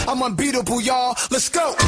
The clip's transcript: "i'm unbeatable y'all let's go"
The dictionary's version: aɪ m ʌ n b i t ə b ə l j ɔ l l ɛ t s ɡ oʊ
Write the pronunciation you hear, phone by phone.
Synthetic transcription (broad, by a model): aɪ m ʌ n b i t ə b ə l j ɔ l l ɛ t s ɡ oʊ